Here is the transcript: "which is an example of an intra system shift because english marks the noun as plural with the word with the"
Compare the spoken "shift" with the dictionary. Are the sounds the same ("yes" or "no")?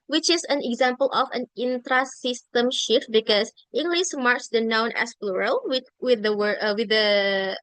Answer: yes